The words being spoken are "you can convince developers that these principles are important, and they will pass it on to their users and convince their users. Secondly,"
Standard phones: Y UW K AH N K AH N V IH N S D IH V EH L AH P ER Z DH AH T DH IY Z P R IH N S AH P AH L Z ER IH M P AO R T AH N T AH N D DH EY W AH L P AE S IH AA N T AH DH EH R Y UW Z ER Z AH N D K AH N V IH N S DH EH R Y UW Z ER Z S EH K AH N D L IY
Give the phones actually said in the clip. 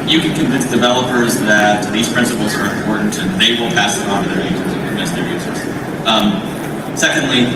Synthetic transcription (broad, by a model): Y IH K AH N K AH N V IH N S D IH V EH L AH P ER Z DH AH T DH IY Z P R IH N S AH P L Z ER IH M P AO R T N T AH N DH EY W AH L P AE S IH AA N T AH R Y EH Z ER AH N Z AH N IH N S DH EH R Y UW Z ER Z S EH K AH N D L IY